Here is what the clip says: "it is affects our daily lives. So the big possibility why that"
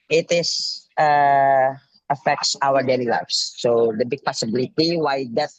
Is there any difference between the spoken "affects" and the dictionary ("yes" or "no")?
no